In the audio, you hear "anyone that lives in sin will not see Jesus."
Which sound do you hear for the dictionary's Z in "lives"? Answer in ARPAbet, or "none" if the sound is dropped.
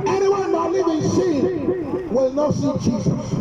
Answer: none